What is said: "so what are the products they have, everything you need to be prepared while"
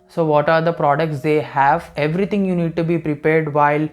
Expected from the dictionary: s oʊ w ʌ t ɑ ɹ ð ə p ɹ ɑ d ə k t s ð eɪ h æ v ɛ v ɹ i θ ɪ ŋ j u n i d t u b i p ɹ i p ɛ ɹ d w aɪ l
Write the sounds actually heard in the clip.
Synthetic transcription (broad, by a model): s oʊ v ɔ t ɑ ɹ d ə p ɹ ɑ d ə k t s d eɪ h æ v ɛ v ɹ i t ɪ ŋ j u n i d t u b i p ɹ i p ɛ ɹ d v aɪ l